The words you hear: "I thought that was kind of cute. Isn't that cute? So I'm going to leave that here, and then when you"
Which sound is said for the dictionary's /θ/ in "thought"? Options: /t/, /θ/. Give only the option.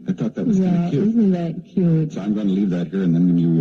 /θ/